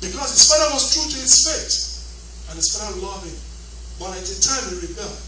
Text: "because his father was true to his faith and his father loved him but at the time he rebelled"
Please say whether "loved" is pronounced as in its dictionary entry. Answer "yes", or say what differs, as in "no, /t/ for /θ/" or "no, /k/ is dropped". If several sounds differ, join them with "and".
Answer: no, /d/ is dropped